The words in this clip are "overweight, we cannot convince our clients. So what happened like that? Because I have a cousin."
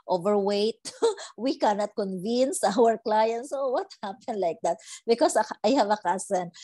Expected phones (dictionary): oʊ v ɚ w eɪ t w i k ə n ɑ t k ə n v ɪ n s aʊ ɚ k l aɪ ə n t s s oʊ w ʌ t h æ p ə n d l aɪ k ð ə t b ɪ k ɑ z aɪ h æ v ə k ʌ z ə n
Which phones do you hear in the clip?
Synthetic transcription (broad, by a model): oʊ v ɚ w eɪ t w i k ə n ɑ t k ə n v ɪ n s aʊ ɚ k l aɪ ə n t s s oʊ w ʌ t h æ p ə n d l aɪ k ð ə t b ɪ k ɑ s aɪ h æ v ə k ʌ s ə n